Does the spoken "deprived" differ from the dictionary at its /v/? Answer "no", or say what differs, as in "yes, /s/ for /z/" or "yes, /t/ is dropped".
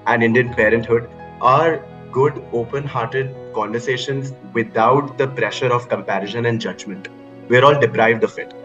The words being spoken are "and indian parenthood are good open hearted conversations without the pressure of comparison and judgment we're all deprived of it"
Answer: no